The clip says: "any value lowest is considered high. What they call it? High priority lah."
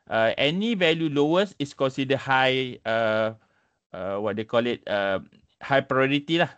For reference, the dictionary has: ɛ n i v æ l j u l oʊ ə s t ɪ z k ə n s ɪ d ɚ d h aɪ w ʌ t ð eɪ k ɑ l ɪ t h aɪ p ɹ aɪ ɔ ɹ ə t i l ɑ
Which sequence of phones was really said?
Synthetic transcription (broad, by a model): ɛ n i v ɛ l j u l oʊ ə s ɪ s k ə n s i d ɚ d h aɪ w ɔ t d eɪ k ɑ l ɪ t h aɪ p ɹ aɪ ɔ ɹ ə t i l ɑ